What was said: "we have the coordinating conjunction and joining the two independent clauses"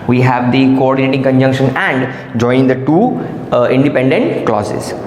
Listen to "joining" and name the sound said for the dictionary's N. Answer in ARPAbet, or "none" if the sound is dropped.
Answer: none